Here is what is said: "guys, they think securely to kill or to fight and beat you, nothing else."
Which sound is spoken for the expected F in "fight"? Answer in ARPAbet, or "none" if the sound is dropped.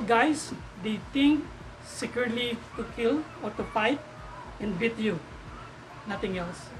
P